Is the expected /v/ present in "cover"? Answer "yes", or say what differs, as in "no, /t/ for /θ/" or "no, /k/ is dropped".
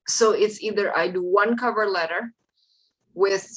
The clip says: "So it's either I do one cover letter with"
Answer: yes